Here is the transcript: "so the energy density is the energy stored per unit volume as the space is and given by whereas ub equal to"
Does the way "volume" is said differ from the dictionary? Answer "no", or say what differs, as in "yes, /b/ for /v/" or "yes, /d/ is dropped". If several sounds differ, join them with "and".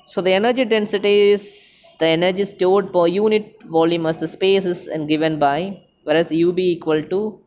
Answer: no